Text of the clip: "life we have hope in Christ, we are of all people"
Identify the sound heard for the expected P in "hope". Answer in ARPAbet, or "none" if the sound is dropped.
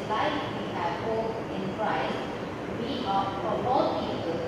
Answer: none